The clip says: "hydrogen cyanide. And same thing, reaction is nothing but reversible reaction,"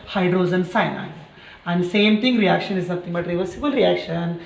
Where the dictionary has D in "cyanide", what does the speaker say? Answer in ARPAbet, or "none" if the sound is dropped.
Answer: none